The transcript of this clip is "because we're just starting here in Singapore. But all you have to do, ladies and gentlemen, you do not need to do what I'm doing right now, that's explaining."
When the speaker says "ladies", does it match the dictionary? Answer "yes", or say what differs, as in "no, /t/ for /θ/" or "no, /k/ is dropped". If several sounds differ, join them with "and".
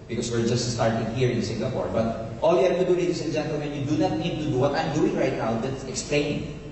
no, /s/ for /z/